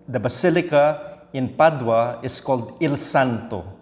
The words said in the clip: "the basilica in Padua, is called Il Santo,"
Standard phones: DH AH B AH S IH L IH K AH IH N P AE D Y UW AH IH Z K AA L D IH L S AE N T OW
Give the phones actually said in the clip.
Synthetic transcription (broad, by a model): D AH B AH S IH L IH K AH IH N P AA D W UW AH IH S K AA L D IH L S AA N T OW